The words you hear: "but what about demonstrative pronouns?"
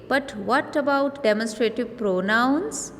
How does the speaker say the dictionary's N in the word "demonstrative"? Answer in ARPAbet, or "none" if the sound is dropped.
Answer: N